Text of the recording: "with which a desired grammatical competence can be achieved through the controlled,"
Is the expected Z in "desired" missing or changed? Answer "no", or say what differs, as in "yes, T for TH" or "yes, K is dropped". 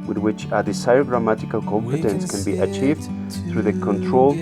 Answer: yes, S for Z